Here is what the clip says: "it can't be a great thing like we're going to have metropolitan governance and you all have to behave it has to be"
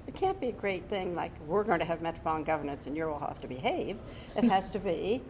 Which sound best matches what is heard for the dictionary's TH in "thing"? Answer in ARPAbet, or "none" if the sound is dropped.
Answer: TH